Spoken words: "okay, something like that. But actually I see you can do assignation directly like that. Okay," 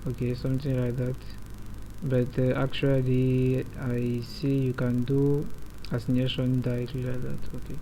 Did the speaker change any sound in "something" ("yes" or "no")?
yes